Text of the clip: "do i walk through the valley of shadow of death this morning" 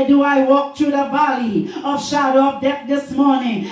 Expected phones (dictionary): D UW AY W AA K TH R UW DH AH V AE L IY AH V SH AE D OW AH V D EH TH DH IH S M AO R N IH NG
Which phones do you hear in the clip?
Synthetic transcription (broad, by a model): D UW AY W AA K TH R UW DH AH B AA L IY AH V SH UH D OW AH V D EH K DH IH S M AO R N IH NG